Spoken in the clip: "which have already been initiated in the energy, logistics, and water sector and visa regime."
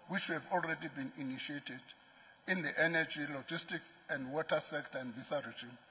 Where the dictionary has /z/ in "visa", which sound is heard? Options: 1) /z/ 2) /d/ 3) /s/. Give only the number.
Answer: 3